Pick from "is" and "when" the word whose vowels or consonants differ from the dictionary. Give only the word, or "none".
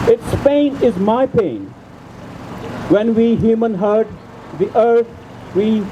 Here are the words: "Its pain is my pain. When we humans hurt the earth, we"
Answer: none